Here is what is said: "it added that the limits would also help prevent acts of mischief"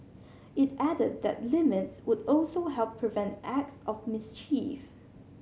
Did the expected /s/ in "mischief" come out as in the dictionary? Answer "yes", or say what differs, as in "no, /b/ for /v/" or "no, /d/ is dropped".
yes